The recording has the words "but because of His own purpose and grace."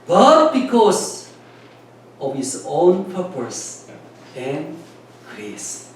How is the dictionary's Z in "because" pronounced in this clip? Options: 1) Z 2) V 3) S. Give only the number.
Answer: 3